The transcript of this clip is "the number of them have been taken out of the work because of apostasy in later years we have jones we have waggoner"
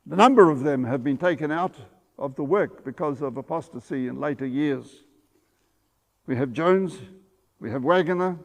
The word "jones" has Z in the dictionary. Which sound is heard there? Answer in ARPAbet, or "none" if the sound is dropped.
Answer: Z